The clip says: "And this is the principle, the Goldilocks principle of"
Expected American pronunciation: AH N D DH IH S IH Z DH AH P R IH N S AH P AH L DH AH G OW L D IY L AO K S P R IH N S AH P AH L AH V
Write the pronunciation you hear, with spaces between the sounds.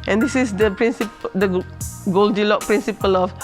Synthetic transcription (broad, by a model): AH N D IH S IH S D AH P R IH N S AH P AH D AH G OW L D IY L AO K P R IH N S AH P AH L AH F